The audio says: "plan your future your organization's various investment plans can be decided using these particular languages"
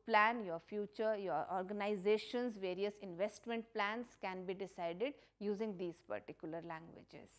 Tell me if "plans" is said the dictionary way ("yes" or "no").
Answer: no